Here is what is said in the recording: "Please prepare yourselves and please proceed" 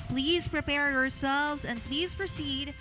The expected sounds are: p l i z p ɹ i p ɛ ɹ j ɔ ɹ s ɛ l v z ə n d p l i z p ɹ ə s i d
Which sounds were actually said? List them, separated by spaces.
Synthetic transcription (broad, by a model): p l i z p ɹ i p ɛ ɹ j ɔ ɹ s ɛ l v z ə n p l i z p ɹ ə s i d